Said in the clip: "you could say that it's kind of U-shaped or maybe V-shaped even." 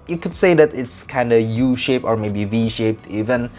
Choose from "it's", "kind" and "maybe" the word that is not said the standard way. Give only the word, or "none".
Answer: none